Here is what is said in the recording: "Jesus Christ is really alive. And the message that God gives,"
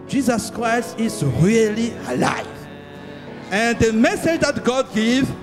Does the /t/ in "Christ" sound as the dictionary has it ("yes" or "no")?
yes